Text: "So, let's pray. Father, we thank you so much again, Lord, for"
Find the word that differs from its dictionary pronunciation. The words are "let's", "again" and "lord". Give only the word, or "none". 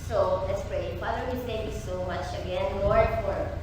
lord